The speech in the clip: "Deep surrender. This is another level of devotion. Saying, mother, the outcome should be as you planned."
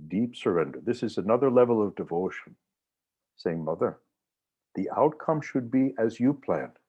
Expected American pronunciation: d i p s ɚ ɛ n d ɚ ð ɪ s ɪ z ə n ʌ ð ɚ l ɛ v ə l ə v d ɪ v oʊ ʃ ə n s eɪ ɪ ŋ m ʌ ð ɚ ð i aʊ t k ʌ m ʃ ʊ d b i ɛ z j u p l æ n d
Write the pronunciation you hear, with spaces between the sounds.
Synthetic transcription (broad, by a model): d i p s ɚ ɛ n d ɚ ð ɪ s ɪ z ə n ʌ ð ɚ l ɛ v l ə v d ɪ v oʊ ʃ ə n s eɪ ɪ ŋ m ʌ ð ɚ ð i aʊ t k ʌ m ʃ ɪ d b i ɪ z j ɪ p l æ n